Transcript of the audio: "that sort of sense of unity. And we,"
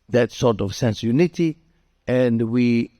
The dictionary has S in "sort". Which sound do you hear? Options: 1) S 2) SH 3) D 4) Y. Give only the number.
1